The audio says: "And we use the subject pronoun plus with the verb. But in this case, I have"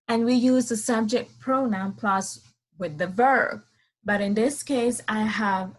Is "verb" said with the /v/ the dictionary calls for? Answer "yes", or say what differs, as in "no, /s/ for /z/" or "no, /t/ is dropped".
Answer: yes